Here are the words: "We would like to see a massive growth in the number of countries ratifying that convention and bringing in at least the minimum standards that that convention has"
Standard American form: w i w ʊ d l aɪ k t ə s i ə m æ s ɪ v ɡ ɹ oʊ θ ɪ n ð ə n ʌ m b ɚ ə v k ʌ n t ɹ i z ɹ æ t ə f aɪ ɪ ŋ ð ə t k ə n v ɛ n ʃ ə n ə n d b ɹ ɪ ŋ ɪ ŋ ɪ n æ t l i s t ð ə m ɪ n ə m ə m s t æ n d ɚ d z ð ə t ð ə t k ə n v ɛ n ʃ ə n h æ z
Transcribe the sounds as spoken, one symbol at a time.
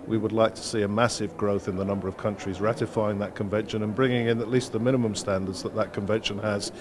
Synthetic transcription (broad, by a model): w i w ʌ d l aɪ k t ə s i ə m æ s ɪ v ɡ ɹ oʊ θ ɪ n ð ə n ʌ m b ɚ ə v k ʌ n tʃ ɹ i z ɹ æ t ə f aɪ ɪ ŋ ð ə t k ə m v ɛ n ʃ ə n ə n b ɹ ɪ ŋ ɪ ŋ ɪ n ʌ t l i s t ð ə m ɪ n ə m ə m s t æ n d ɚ d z ð ə t ð ə t k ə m v ɛ n ʃ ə n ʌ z